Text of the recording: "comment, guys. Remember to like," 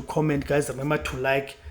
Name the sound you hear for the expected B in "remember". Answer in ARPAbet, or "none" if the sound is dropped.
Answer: none